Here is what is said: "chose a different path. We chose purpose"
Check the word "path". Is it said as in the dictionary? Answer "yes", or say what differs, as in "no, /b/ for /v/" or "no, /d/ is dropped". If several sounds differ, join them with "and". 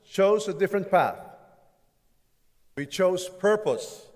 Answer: yes